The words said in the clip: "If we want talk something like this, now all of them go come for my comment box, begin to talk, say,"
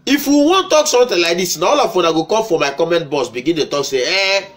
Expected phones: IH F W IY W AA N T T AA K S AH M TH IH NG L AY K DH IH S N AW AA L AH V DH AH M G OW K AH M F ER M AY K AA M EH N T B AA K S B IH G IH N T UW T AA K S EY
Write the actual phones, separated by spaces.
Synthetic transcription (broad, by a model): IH F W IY W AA N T T AA K S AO M T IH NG L AY K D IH S N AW AA L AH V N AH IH G OW K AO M F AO M AY K AA M EH N T B AA S B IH G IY N T UW T AA K S EY